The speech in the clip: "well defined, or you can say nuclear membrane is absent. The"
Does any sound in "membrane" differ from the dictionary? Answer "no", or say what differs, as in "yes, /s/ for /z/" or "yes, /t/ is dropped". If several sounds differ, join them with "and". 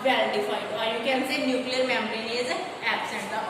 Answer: yes, /b/ is dropped